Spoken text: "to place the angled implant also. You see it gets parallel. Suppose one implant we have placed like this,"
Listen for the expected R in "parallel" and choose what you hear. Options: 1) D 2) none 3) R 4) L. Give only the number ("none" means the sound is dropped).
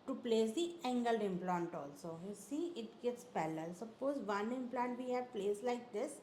4